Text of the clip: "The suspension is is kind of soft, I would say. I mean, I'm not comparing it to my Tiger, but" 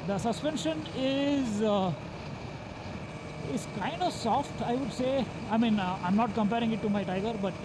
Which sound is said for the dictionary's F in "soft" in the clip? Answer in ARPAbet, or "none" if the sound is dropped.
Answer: F